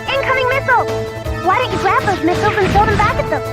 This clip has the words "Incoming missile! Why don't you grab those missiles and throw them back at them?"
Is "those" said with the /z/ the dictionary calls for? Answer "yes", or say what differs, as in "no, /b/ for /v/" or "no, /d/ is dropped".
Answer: yes